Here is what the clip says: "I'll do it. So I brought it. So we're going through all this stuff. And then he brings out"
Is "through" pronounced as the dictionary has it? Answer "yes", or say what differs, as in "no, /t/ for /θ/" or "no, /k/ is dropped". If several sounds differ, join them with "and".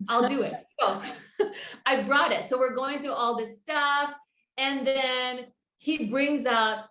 yes